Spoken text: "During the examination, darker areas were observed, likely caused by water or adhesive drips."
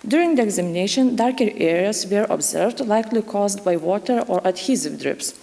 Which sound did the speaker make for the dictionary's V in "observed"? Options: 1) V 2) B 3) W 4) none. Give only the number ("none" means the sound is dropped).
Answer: 1